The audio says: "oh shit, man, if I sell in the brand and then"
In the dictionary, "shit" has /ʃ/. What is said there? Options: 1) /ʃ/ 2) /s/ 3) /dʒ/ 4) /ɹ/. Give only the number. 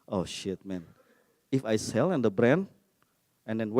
1